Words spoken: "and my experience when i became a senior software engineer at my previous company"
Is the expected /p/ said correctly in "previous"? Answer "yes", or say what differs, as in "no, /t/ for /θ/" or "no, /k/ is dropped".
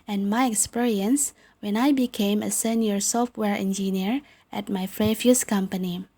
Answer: no, /f/ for /p/